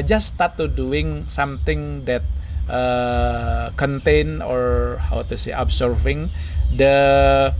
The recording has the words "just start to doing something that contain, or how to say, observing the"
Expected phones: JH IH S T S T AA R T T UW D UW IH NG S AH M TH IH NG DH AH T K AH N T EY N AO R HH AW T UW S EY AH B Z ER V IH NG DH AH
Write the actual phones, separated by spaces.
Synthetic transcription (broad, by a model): JH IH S S T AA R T T UW D UW IH NG S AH M T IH NG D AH T K AH N T EY N AO R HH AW T UW S EY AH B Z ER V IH NG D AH